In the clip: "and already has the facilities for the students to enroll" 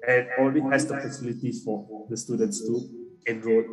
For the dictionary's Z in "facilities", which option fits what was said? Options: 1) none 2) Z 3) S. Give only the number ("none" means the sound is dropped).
1